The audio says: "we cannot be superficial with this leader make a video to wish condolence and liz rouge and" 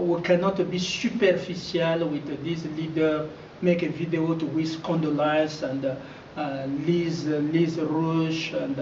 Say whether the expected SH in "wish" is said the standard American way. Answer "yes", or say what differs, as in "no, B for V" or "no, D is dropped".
no, S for SH